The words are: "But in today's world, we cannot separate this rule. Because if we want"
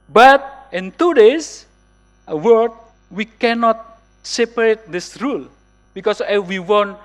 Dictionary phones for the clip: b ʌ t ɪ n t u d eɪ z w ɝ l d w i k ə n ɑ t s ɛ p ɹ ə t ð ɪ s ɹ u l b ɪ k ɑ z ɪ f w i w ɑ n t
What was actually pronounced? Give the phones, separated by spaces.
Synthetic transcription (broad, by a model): b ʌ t ɪ n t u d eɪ s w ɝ d w i k ə n ɑ t s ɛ p ɹ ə t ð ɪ s ɹ u l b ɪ k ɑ s ɪ f w i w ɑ n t